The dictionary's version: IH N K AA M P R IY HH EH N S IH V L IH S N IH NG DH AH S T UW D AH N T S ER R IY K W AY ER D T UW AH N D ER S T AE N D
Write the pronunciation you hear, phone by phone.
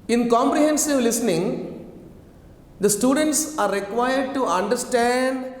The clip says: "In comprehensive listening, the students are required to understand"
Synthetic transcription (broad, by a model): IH N K AA M P R IY HH EH N S IH V L IH S N IH NG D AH S T UW D AH N T S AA R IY K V AY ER D T UW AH N D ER S T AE N D